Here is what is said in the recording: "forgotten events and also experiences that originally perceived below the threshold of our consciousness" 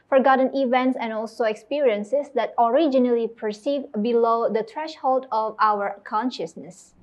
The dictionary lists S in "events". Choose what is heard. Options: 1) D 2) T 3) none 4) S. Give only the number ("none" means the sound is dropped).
4